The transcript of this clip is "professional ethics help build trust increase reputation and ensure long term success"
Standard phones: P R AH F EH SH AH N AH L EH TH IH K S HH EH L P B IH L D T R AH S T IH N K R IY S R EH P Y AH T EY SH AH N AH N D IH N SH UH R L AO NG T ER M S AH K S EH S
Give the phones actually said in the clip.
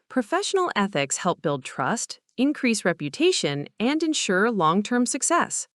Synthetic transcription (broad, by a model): P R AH F EH SH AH N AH L EH TH IH K S HH EH L P B IH L D T R AH S T IH N K R IY S R EH P Y AH T EY SH AH N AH N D IH N SH UH R L AO NG T ER M S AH K S EH S